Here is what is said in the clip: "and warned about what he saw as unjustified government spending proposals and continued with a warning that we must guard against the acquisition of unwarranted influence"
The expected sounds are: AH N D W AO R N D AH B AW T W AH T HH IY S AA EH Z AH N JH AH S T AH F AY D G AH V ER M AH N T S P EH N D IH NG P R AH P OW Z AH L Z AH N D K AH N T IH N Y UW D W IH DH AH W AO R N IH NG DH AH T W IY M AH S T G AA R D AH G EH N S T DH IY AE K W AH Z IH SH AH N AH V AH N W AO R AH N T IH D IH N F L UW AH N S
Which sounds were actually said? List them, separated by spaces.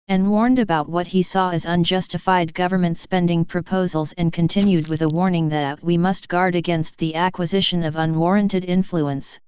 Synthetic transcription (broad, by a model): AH N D W AO R N D AH B AW T W AH T HH IY S AA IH Z AH N JH AH S T AH F AY D G AH V ER M AH N T S P EH N D IH NG P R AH P OW Z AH L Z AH N K AH N T IH N Y UW D W IH DH AH W AO R N IH NG DH AH T W IY M AH S T G AA R D AH G EH N S T DH IY AE K W AH Z IH SH AH N AH V AH N W AO R AH N T IH D IH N F L UW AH N S